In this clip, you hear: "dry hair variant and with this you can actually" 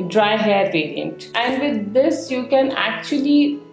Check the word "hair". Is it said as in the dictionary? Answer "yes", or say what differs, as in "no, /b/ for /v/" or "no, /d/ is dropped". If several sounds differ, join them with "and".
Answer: yes